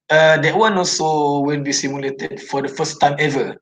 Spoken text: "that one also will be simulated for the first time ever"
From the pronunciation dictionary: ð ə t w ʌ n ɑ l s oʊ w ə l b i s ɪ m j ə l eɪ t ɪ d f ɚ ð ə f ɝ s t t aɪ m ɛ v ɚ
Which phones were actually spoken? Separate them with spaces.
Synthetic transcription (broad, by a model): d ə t w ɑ n ɑ l s oʊ w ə n b i s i m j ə l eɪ t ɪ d f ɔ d ə f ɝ s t t aɪ m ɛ v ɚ